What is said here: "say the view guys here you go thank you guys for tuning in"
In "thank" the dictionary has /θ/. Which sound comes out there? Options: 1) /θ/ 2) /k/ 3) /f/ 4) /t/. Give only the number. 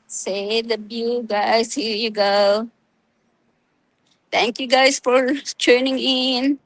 4